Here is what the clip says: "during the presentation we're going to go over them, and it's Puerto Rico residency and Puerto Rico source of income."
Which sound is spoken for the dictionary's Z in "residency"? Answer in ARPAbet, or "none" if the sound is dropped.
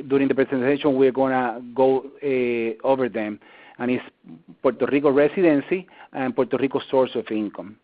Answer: S